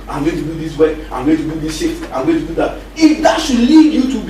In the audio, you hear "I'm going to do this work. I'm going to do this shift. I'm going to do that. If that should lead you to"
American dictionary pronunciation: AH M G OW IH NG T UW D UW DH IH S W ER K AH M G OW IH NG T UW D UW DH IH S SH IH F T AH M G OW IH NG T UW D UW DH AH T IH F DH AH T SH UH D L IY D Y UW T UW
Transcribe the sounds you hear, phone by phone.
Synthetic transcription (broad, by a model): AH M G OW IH T UW D UW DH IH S W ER AH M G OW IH T UW D UW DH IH S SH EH T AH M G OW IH T UW D UW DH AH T IH F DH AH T SH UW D L IY D Y UW T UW